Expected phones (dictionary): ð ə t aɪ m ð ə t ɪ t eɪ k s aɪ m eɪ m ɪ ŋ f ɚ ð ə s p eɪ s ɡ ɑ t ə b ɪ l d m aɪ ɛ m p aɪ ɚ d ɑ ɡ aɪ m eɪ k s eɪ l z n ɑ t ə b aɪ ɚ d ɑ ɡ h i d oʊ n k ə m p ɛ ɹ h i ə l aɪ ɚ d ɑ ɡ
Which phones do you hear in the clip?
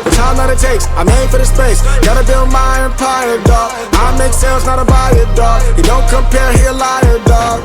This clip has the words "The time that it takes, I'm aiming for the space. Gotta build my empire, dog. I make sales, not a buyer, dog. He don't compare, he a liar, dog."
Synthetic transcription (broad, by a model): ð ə t aɪ m ð ə t ɪ t eɪ k s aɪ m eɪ ɪ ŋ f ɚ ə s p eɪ s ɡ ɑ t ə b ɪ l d m aɪ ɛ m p aɪ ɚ d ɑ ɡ aɪ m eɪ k s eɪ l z n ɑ t ə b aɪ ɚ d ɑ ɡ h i d oʊ n k ə m p ɛ ɹ h i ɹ l aɪ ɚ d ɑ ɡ